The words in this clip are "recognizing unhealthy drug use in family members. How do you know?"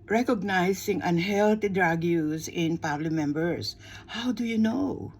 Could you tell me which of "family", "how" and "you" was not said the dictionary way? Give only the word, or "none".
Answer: family